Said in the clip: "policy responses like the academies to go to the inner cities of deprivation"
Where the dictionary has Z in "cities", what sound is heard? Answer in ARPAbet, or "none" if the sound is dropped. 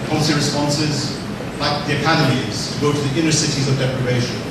Z